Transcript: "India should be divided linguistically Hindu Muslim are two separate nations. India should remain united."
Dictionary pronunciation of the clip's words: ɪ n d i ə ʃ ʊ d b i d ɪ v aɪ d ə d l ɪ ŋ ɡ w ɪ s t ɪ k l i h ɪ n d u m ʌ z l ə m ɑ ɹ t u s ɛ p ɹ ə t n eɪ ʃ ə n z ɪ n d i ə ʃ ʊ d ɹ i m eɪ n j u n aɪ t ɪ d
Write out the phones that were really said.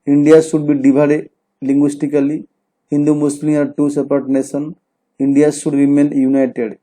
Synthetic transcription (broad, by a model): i n d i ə s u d b i d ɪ b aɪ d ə l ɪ ŋ ɡ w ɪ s t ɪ k l i h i n d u m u s l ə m ɑ ɹ t u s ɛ p ɹ t n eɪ s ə n i n d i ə s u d ɹ i m eɪ n j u n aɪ t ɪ d